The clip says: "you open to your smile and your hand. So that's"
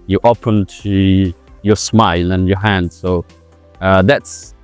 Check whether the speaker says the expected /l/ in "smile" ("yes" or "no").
yes